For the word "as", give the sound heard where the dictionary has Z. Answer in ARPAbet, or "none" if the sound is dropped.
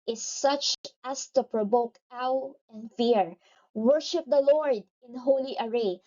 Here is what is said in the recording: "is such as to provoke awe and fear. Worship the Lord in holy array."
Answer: S